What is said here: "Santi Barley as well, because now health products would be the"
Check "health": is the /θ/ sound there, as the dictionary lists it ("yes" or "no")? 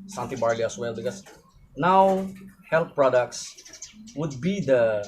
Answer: no